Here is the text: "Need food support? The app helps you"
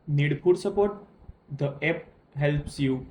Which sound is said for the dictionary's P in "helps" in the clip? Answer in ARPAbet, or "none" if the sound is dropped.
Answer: P